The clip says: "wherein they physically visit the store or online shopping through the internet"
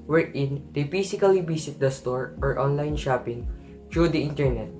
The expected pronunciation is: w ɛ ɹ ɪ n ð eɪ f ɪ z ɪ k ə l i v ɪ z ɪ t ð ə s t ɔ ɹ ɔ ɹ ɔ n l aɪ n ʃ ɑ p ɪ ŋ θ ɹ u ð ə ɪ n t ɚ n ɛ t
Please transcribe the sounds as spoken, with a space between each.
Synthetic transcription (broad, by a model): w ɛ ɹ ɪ n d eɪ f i s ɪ k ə l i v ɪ s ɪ t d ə s t ɔ ɹ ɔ ɹ ɔ n l aɪ n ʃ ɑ p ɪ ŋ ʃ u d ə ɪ n t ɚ n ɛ t